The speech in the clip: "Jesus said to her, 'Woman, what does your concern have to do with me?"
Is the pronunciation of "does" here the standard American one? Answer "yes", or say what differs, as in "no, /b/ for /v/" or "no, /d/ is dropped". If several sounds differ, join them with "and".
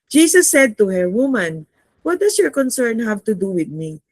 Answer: no, /s/ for /z/